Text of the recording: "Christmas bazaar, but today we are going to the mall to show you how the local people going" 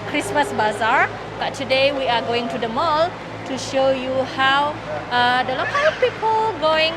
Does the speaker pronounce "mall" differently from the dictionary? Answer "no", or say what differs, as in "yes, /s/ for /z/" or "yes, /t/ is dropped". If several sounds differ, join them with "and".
no